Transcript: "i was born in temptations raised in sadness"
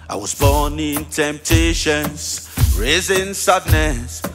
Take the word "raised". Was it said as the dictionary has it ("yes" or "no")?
no